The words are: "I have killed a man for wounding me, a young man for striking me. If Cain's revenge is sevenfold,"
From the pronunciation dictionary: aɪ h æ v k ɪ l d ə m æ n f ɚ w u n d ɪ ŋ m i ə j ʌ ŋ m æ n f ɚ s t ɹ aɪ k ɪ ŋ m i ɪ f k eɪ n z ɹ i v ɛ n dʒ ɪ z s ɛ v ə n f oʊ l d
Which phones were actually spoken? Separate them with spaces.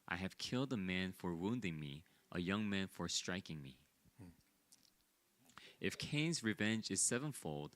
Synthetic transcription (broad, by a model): aɪ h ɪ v k ɪ l d ə m æ n f ɚ w u n d ɪ ŋ m i ə j ʌ ŋ m æ n f ɚ s t ɹ aɪ k ɪ ŋ m i ɪ f k eɪ n z ɹ i v ɛ n dʒ ɪ z s ɛ v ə n f oʊ l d